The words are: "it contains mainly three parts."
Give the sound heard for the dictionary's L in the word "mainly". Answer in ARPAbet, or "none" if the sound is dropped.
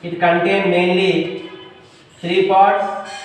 L